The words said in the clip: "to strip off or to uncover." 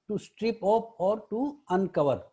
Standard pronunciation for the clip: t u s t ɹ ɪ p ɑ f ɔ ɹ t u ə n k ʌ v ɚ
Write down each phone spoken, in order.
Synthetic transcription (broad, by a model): t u s t ɹ ɪ p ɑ p ɔ ɹ t u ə n k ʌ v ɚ